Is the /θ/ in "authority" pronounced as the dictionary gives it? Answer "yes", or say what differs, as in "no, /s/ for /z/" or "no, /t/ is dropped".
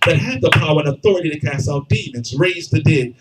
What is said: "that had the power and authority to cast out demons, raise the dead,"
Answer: yes